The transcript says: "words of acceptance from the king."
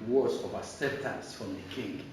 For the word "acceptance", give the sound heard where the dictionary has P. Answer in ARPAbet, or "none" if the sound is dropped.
none